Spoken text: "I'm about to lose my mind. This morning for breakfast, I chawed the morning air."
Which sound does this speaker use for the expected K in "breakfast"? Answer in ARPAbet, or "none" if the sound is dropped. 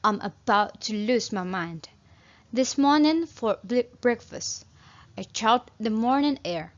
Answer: K